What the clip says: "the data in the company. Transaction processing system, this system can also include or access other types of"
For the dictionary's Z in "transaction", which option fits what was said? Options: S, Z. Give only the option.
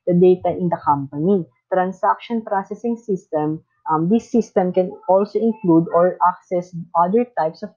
S